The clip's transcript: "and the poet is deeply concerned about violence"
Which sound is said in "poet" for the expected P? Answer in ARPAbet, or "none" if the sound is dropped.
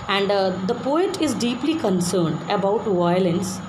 P